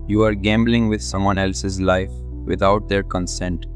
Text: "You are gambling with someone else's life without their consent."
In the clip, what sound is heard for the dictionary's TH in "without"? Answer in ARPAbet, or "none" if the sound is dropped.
T